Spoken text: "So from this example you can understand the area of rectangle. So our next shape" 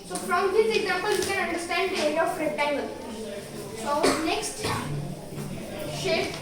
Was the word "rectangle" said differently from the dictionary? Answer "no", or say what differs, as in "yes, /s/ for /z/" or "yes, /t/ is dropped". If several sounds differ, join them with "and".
yes, /k/ is dropped